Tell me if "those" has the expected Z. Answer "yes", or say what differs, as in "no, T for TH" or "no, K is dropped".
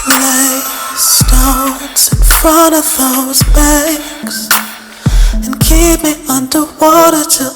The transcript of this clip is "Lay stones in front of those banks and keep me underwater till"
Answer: yes